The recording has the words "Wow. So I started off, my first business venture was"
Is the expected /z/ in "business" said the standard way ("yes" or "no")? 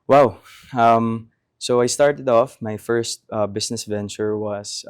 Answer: no